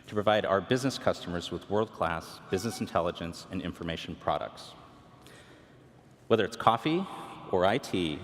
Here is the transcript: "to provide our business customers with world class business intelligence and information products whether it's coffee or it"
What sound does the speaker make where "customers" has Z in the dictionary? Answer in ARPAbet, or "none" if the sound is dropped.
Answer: Z